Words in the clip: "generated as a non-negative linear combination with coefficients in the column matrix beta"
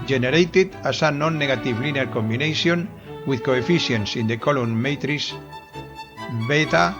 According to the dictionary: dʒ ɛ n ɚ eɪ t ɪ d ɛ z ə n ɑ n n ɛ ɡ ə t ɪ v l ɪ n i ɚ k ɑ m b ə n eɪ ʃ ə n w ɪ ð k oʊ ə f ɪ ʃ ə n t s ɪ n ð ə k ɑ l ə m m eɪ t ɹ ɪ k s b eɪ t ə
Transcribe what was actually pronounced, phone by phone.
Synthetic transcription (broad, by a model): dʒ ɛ n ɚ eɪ t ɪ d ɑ s ə n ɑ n n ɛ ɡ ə t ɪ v l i n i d k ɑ m b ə n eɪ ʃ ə n w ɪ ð k oʊ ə f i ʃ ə n s ɪ n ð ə k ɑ l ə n m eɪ t ɹ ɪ s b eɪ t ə